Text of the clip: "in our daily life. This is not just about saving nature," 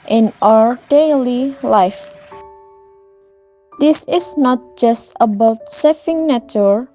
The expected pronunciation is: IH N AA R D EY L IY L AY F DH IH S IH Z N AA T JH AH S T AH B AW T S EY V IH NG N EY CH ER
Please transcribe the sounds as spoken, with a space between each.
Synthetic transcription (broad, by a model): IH N AA R D EY L IY L AY F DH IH S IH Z N AA T JH AH S T AH B AW T S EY F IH NG N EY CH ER